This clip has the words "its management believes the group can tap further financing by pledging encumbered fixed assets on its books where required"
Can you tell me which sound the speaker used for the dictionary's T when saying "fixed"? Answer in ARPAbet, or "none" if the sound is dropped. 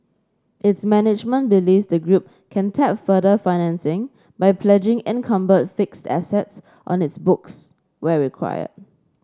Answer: T